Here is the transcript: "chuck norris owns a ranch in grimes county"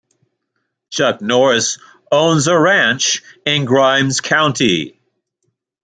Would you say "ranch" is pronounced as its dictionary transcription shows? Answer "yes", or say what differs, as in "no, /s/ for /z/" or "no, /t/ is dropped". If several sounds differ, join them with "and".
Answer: yes